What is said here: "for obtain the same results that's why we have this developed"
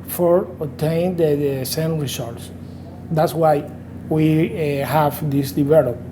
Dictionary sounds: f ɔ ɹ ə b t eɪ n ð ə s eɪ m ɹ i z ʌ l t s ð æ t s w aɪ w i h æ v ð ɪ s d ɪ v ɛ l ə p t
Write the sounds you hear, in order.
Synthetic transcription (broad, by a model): f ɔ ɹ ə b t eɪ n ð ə s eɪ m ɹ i s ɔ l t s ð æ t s w aɪ w i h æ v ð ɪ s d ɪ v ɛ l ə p